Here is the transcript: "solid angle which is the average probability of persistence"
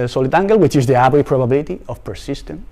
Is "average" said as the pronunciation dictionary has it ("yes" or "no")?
no